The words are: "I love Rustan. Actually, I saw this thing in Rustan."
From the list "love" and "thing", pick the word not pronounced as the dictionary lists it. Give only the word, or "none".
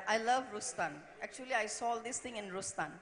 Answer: thing